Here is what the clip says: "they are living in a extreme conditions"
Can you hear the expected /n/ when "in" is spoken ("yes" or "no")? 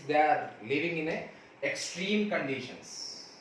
yes